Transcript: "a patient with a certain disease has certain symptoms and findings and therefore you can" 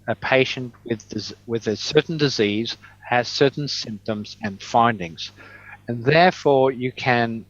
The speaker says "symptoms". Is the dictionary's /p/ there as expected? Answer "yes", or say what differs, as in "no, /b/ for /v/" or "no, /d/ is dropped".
yes